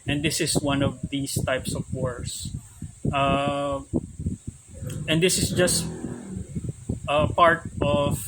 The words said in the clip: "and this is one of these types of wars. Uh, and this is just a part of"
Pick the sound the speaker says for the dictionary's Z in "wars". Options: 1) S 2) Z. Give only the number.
1